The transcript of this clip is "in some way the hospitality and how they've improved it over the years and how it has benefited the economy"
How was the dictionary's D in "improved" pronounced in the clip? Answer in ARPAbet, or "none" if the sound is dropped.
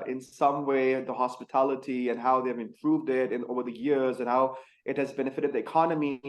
D